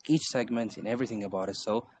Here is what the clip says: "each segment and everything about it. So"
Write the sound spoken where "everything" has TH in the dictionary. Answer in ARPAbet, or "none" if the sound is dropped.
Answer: TH